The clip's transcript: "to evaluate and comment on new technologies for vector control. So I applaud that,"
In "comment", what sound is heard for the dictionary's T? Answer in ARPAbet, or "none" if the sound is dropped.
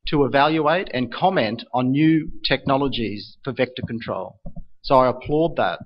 T